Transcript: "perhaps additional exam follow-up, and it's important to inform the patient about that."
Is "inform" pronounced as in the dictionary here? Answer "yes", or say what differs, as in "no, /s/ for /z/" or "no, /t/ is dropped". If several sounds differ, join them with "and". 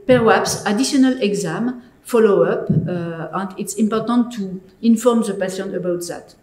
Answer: yes